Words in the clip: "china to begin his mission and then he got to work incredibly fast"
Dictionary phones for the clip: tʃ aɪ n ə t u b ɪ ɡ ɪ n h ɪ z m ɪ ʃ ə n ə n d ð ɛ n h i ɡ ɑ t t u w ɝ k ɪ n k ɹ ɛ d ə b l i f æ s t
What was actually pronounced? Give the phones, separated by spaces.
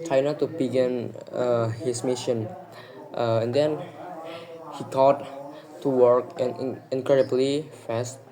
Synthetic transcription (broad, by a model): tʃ aɪ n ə t u b ɪ ɡ ɪ n h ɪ s m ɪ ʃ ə n ə n d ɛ n h i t ɑ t t u w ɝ k ɪ n k ɹ ɛ d ə b l i f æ s t